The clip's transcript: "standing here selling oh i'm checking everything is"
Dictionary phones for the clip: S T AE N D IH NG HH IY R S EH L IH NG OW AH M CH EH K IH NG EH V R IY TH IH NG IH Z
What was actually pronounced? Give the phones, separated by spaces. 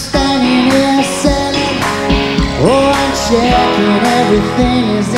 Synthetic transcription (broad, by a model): S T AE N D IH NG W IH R S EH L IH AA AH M SH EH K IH EH V R IY TH IH NG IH Z